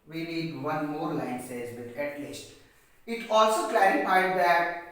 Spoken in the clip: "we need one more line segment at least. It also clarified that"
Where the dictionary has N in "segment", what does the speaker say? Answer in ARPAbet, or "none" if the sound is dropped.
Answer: none